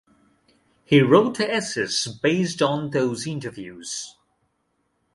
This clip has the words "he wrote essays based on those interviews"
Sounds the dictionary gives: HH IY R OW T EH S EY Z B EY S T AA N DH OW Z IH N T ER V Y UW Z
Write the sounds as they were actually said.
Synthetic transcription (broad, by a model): HH IY R OW T EH S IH S B EY S T N DH OW Z IH N T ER V Y UW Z